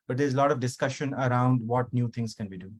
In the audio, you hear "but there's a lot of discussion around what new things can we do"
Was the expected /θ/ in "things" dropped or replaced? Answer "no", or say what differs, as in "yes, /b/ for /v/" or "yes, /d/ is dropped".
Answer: yes, /t/ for /θ/